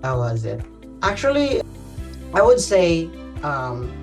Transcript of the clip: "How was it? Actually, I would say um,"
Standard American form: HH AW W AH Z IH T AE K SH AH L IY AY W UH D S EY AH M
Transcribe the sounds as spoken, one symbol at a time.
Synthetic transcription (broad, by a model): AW W AH Z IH T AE K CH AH L IY AY W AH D S EY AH M